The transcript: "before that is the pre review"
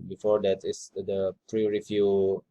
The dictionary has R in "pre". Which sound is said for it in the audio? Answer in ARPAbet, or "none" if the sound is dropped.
R